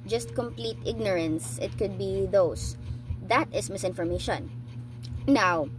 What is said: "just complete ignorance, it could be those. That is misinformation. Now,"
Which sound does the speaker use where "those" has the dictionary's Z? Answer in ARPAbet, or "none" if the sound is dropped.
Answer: S